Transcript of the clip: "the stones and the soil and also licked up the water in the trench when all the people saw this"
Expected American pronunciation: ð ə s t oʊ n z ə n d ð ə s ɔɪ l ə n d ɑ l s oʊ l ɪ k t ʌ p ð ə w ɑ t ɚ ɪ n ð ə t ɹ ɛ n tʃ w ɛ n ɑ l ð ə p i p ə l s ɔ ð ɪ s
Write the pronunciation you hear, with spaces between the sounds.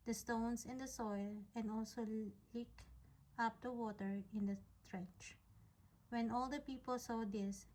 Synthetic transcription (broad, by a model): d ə s t oʊ n s ə n d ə s ɔɪ l ə n d ɑ l s oʊ l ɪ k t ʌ p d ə w ɑ t ɚ ɪ n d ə t ɹ ɛ n tʃ w ɛ n ɑ l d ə p i p ə l s ɔ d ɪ s